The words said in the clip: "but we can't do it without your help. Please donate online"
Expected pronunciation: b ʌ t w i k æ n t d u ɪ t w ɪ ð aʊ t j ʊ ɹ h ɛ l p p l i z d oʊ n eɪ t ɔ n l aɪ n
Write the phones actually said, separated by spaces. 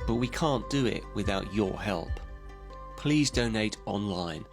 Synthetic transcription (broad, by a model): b ʌ t w i k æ n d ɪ ɪ t w ɪ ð aʊ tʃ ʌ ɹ h ɛ l p p l i z d oʊ n eɪ t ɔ n l aɪ n